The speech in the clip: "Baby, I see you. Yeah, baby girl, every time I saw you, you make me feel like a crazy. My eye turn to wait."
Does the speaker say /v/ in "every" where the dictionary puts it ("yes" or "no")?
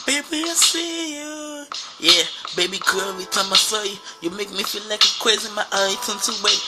no